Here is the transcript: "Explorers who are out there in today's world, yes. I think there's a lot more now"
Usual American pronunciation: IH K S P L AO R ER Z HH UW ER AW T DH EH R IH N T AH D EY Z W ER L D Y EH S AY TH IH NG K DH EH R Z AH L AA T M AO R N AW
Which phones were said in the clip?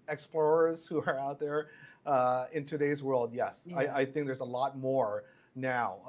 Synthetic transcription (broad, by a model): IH K S P L AO R ER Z HH UW ER AW T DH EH R IH N T AH D EY Z W ER L D Y EH S AY TH IH NG K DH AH R Z AH L AA T M AO R N AW